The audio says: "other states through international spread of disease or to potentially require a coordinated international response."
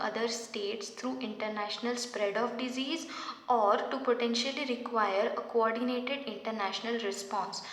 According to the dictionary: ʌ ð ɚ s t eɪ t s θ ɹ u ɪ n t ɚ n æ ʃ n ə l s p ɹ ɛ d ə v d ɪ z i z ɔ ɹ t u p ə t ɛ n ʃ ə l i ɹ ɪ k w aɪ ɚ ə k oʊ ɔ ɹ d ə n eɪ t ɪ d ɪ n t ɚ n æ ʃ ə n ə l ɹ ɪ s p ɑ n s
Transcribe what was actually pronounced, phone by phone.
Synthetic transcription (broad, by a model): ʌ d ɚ s t eɪ t s t ɹ u ɪ n t ɚ n æ ʃ n ə l s p ɹ ɛ d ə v d ɪ z i z ɔ ɹ t u p ə t ɛ n ʃ ə l i ɹ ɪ k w aɪ ɚ ə k oʊ ɔ ɹ d ə n eɪ t ɪ d ɪ n t ɚ n æ ʃ ə n ə l ɹ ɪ s p ɑ n s